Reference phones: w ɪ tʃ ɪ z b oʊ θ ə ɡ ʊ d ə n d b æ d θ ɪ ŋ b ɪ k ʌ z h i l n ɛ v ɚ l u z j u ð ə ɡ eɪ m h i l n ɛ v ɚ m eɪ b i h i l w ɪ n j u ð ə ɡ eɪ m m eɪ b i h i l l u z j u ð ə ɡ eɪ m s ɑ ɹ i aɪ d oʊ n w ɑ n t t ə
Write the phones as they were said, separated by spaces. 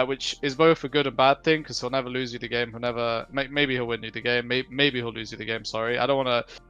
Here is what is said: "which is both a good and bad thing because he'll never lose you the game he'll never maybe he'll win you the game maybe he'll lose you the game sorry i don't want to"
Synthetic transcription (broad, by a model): w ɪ tʃ ɪ z b oʊ θ ə ɡ ʊ d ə n b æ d θ ɪ ŋ k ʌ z h i l n ɛ v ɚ l u z j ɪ ð ə ɡ eɪ m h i l n ɛ v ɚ m eɪ b i h i l w ɪ n j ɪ ð ə ɡ eɪ m m eɪ b i h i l l u z j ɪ ð ə ɡ eɪ m s ɑ ɹ i aɪ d oʊ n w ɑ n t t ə